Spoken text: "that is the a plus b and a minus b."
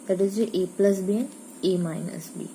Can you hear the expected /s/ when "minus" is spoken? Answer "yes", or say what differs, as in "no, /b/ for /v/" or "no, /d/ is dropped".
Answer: yes